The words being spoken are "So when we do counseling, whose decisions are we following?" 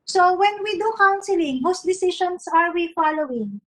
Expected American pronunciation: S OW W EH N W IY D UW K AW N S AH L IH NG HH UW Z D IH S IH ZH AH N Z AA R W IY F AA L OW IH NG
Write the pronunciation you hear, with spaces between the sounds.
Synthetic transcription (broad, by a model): S OW W EH N W IY D UW K AW N S AH L IH NG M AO S D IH S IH SH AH N S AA R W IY F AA L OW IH NG